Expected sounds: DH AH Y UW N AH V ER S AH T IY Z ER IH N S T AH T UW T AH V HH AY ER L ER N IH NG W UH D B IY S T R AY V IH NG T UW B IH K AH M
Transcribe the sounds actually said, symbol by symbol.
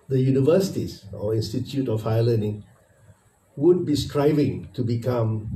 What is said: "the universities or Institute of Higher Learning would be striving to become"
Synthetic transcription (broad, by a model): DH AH Y UW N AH V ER S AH T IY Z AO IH N S T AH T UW T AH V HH AY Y L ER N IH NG W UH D B IY S T R AY V IH NG T UW B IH K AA M